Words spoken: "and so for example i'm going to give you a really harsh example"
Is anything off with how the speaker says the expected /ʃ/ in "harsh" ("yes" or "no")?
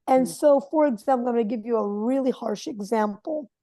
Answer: no